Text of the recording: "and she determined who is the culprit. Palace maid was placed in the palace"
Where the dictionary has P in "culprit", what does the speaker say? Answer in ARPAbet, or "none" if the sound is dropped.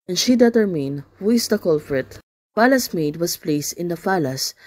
F